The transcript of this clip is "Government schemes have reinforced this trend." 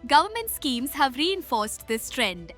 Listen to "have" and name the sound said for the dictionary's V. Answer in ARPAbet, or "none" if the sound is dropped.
V